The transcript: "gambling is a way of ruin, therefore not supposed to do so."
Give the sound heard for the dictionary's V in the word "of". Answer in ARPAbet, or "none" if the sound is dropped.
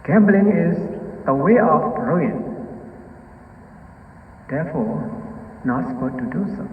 B